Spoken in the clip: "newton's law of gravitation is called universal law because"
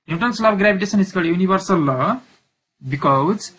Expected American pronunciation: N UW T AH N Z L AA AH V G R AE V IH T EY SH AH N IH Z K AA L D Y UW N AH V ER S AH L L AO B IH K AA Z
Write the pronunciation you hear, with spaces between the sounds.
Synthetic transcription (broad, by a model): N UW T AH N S L AA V G R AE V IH T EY S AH N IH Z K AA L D Y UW N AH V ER S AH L L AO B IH K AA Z